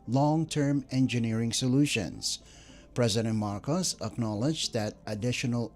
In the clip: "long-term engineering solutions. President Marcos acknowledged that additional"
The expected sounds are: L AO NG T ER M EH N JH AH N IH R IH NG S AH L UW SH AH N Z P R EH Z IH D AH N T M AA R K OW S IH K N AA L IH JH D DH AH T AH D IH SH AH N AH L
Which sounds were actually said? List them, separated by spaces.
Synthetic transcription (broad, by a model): L AO NG T ER M EH N JH AH N IH R IH NG S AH L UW SH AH N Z P R EH Z IH D AH N T M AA R K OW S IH K N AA L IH JH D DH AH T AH D IH SH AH N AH L